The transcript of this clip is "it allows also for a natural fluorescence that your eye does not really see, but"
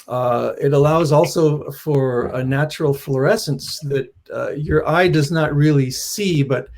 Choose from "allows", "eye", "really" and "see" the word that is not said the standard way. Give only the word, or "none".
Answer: none